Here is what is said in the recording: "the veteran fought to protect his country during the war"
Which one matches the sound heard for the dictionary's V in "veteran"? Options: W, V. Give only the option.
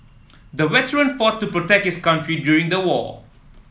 W